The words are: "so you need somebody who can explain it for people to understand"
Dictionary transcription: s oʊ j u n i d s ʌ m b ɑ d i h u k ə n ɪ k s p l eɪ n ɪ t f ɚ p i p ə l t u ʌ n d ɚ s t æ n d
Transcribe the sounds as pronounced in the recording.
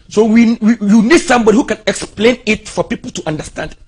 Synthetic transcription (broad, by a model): s oʊ j u n i d s ʌ m b ɑ d i h u k ə n ɪ k s p l eɪ n ɪ t f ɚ p i p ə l t u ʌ n d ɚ s t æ n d